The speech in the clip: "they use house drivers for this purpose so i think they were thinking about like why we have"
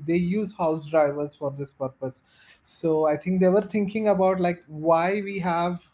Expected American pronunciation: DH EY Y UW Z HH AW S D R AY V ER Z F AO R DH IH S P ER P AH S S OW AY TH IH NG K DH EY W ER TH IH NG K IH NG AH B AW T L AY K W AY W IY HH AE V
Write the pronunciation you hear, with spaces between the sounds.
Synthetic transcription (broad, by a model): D EY Y UW Z HH AW S D R AY V ER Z F AO R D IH S P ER P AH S S OW AY T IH NG K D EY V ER T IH NG K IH NG AH B AW T L AY K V AY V IY HH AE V